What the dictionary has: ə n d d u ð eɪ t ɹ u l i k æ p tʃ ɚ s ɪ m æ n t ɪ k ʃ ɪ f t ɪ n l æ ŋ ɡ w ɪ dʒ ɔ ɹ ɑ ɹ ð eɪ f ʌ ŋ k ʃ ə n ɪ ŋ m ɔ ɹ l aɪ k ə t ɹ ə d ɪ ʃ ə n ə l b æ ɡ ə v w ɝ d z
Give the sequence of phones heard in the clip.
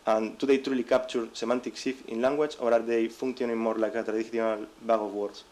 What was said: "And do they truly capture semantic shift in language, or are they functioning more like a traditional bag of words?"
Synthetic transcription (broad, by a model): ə n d d u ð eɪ t ɹ u l i k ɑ p tʃ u s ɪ m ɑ n t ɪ k s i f ɪ n l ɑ ŋ ɡ w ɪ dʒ ɔ ɹ ɑ ɹ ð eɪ f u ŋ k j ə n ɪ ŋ m ɔ ɹ l aɪ k ə t ɹ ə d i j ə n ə l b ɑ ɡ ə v w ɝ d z